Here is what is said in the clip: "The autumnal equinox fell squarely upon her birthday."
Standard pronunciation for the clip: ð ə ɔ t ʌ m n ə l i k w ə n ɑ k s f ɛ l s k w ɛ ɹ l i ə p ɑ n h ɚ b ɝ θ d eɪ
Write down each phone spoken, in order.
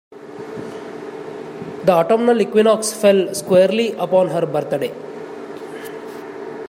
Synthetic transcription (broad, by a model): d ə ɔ t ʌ m n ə l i k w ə n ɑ k s f ɛ l s k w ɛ ɹ l i ə p ɑ n h ɚ b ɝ t d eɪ